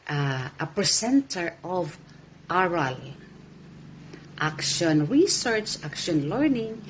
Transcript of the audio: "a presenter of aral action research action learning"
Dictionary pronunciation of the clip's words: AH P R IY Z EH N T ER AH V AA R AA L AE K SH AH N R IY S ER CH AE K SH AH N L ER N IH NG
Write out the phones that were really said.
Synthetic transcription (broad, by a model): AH P R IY S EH N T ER AH V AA R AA L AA K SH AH N R IY S ER CH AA K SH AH N L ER N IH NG